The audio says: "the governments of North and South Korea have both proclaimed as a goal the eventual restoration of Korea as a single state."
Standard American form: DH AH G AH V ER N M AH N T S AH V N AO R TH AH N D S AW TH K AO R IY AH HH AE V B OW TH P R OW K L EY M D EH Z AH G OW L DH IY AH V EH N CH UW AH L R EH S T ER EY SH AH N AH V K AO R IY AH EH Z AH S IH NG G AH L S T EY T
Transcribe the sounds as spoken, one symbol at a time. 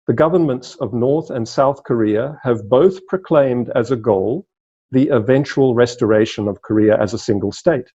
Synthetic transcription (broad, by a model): DH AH G AH V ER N M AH N T S AH V N AO R TH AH N S AW TH K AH R IY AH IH V B OW TH P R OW K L EY M D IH Z AH G OW L DH IY AH V EH N CH UW AH L R EH S T ER EY SH AH N AH V K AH R IY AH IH Z AH S IH NG G AH L S T EY T